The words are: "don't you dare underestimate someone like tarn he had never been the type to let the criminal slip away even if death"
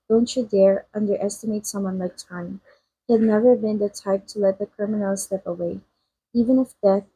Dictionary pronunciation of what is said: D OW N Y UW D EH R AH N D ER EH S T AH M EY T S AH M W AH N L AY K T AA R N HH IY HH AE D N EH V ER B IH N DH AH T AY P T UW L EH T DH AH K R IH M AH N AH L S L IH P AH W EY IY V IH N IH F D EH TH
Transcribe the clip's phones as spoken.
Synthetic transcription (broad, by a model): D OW N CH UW D EH R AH N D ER EH S T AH M EY T S AH M W AH N L AY K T AA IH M HH IY HH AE D N EH V ER B IH N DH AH T AY P T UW L EH T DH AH K R IH M AH N AH L S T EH P AH W EY IY V IH N IH F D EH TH